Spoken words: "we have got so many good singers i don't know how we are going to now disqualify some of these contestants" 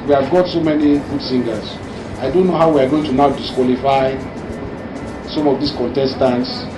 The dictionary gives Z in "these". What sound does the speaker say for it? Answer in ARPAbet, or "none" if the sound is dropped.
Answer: S